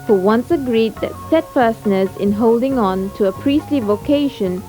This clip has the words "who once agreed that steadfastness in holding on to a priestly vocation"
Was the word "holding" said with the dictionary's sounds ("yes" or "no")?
yes